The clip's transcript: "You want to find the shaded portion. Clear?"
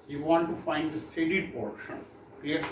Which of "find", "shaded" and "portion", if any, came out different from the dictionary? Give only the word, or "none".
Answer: shaded